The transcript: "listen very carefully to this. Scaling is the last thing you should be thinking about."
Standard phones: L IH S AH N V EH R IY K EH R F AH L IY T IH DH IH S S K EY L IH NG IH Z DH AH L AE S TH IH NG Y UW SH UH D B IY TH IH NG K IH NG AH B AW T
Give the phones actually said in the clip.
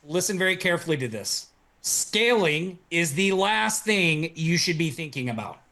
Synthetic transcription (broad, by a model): L IH S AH N V EH R IY K EH R F L IY T IH DH IH S S K EY L IH NG IH Z DH AH L AE S TH IH NG Y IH SH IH D B IY TH IH NG K IH NG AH B AW T